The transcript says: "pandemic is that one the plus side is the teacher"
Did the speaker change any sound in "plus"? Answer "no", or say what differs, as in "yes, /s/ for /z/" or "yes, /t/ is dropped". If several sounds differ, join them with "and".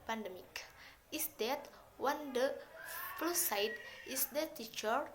yes, /f/ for /p/